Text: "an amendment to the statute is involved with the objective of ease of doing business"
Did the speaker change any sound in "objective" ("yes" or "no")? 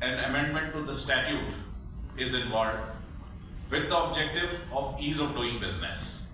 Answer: no